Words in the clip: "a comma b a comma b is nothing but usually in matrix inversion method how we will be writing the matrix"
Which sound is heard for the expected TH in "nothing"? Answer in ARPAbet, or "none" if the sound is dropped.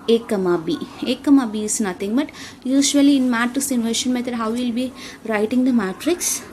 T